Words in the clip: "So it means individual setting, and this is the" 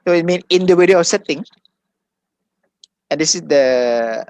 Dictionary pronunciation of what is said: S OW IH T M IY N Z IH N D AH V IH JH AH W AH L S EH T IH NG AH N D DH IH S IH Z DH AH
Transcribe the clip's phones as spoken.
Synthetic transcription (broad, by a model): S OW IH T M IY N IH N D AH W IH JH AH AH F S EH T IH NG AH N D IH S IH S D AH